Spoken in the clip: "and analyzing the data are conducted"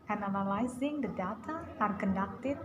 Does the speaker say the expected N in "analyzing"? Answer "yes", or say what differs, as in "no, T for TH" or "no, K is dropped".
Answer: no, L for N